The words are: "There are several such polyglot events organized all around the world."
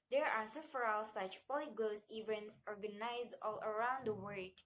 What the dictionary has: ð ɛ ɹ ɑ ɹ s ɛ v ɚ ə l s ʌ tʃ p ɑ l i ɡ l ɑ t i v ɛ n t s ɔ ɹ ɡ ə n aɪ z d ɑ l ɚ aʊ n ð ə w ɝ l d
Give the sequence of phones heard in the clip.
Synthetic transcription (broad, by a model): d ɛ ɹ ɑ ɹ s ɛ f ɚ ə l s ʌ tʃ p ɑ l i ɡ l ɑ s i v ɛ n t s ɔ ɹ ɡ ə n aɪ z ɑ l ɚ aʊ n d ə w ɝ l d